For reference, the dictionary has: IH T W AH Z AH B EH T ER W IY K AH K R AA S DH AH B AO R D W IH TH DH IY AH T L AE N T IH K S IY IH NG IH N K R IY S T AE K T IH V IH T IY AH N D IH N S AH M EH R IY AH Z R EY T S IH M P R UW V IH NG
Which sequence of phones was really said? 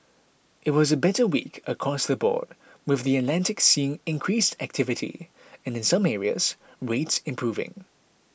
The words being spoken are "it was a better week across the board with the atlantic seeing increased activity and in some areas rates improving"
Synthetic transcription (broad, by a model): IH T W AH Z AH B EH T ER W IY K AH K R AA S DH AH B AO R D W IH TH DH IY AH T L AE N T IH K S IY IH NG IH N K R IY S T AE K T IH V IH T IY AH N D IH N S AH M EH R IY AH Z R EY T S IH M P R UW V IH NG